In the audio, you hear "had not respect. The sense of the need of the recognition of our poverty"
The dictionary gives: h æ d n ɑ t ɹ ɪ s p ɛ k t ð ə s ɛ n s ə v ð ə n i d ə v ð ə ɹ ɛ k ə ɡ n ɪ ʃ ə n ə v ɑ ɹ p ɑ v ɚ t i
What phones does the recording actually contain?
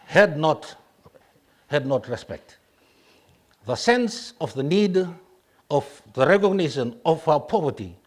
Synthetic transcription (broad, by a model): h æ d n ɑ t ɹ ɪ s p ɛ k t ð ə s ɛ n s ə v ð ə n i d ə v ð ə ɹ ɛ k ə ɡ n ɪ ʃ ə n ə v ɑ w p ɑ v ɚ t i